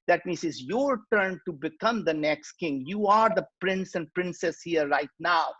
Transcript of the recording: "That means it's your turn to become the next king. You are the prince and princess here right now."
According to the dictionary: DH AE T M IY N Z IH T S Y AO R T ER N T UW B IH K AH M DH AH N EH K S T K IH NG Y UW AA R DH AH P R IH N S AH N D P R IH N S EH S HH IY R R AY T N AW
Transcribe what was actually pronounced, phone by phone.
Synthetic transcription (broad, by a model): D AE T M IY N S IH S Y AO R T ER N T UW B IH K AH M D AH N EH K S T K IH NG Y UW AA R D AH P R IH N S AH N D P R IH N S EH S HH IY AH R AY T N AW